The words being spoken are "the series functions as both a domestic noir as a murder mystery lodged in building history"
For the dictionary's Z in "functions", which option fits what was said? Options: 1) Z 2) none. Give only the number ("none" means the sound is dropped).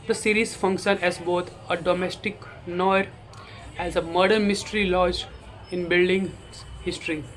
2